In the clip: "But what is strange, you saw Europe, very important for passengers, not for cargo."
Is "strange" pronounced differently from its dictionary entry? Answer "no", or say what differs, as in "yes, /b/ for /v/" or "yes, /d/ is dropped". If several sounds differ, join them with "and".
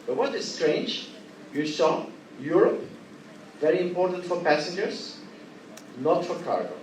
no